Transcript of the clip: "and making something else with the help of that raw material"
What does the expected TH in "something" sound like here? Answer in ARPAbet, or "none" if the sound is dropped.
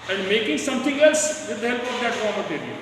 T